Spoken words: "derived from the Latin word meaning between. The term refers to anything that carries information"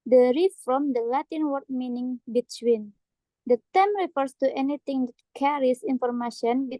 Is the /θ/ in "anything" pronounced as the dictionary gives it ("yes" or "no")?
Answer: no